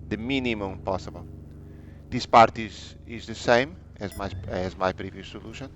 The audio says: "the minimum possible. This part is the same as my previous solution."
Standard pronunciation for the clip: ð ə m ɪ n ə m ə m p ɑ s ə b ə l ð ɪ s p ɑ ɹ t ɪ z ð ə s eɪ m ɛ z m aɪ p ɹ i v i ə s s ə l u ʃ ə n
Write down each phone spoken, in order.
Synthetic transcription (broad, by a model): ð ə m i n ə m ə m p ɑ s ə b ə l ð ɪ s p ɑ ɹ t ɪ z ð ə s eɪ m ɛ z m aɪ p ɹ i v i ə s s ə l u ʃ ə n